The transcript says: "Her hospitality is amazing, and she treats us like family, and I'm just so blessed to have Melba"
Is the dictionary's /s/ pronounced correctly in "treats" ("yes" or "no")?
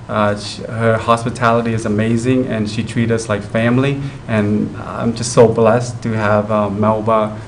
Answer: no